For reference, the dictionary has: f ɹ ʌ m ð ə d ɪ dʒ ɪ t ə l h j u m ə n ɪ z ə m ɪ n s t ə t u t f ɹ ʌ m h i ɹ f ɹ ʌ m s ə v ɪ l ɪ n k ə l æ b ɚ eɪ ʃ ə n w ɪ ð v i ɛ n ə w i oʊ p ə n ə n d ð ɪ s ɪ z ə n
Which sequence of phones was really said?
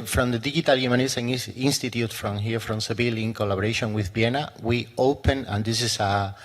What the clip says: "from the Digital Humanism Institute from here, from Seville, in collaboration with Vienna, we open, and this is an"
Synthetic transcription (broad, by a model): f ɹ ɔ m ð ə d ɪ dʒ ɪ t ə l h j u m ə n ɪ s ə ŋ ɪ n s t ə t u t f ɹ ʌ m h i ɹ f ɹ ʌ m s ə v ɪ l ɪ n k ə l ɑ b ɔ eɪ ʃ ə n w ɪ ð b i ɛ n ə w i oʊ p ə n ə n d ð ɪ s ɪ s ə